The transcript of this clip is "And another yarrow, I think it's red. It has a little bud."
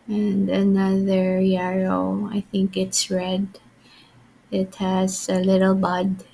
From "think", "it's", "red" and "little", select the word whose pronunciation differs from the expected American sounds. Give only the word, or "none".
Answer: none